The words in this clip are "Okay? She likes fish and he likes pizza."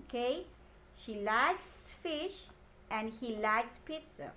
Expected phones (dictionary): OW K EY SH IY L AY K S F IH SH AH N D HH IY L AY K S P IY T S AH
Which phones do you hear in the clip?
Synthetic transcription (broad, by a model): K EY SH IY L AY K S F IH SH AH N D HH IY L AY K S P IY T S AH